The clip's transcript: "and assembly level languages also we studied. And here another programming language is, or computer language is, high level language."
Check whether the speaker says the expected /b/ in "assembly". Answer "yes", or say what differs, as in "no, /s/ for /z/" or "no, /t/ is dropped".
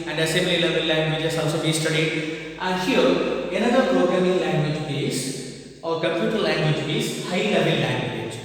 no, /b/ is dropped